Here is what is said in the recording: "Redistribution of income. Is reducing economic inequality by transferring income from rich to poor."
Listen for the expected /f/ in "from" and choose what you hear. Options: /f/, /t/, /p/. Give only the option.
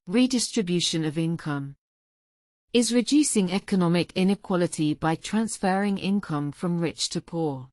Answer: /f/